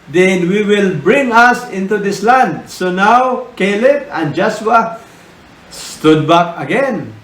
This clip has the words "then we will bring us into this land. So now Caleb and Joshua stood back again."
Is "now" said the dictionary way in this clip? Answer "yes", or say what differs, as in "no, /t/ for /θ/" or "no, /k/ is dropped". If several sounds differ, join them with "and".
yes